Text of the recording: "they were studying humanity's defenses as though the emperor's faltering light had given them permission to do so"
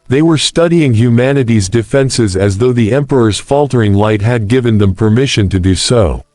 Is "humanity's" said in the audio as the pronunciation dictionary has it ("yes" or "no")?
yes